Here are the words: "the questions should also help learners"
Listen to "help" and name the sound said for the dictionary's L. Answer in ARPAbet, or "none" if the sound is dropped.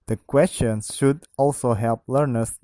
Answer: L